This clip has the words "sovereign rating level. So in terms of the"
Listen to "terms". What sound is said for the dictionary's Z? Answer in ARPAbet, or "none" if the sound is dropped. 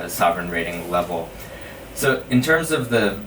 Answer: Z